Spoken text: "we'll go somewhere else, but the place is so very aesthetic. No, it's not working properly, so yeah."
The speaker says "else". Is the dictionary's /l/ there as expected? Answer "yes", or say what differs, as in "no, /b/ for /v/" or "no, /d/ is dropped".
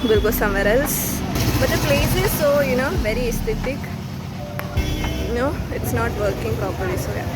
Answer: yes